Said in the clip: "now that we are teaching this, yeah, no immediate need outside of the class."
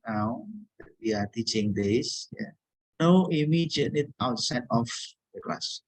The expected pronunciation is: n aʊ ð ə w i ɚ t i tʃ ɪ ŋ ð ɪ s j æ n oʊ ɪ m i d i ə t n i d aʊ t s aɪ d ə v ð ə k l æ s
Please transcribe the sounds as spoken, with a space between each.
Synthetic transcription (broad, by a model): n aʊ w i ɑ t i tʃ ɪ ŋ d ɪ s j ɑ n oʊ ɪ m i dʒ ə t l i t aʊ t s aɪ d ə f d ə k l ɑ s